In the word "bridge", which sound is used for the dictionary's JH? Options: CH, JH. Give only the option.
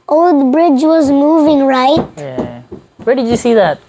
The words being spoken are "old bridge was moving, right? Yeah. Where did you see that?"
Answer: JH